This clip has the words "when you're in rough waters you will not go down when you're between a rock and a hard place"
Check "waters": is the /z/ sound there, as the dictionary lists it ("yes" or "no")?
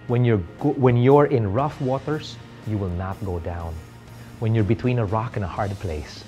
no